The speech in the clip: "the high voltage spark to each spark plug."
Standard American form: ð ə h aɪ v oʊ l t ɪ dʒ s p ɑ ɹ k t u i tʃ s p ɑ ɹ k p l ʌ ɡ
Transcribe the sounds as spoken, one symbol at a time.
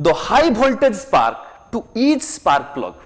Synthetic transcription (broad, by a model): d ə h aɪ b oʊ l t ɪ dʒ s p ɑ ɹ k t u i tʃ s p ɑ ɹ k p l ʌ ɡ